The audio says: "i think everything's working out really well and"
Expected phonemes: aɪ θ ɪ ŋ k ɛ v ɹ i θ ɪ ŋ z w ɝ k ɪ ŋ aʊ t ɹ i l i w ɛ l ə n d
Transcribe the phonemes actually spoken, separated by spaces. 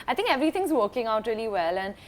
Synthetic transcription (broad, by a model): aɪ t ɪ ŋ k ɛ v ɹ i t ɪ ŋ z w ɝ k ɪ ŋ aʊ t ɹ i l i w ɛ l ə n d